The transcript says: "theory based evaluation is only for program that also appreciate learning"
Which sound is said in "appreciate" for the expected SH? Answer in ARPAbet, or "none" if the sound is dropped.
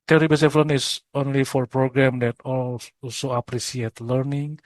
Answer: S